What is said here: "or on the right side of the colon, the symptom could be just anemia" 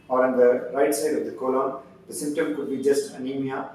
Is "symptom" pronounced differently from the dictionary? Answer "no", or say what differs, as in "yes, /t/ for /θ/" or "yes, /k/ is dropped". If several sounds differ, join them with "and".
no